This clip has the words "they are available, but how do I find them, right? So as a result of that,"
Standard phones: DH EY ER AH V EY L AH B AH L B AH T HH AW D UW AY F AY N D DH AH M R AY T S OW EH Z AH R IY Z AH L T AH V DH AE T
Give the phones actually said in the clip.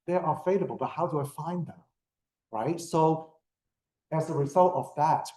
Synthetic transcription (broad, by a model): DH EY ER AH F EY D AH B L B AH T HH AW D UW AY F AY N DH AH M R AY T S OW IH Z AH R IY Z AH L T AH V DH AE T